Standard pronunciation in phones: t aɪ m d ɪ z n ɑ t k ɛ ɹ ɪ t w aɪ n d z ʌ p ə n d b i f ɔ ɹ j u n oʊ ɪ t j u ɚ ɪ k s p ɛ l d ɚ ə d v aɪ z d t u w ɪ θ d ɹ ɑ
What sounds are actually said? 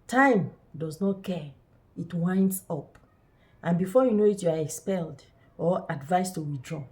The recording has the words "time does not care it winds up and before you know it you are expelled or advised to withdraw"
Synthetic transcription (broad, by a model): t aɪ m d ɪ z n ɑ t k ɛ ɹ ɪ t w aɪ n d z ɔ p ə n b i f ɔ j u n oʊ ɪ t j u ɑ ɪ k s p ɛ l d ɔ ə d v aɪ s t u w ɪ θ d ɹ ɑ